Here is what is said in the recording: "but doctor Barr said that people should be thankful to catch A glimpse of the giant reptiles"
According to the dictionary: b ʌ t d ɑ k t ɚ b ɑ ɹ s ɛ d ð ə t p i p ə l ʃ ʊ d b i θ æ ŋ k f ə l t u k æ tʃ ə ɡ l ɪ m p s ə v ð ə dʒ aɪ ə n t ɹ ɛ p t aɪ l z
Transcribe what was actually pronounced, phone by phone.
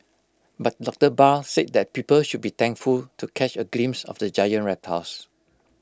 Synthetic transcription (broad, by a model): b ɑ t d ɑ k t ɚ b ɑ l s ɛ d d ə t p i p ə l ʃ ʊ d b i t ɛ ŋ k f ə l t u k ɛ tʃ ə ɡ l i m s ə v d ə dʒ aɪ ə n t ɹ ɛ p t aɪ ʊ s